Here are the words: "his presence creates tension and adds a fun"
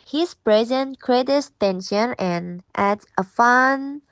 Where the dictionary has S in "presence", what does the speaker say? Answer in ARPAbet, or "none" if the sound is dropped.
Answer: none